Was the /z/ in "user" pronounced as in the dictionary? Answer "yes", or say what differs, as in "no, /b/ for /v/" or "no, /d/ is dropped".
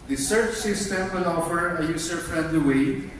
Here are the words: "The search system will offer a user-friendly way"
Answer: no, /s/ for /z/